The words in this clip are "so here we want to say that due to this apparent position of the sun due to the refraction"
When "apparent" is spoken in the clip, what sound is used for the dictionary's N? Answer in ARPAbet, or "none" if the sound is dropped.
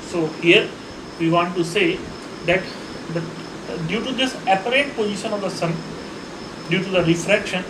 none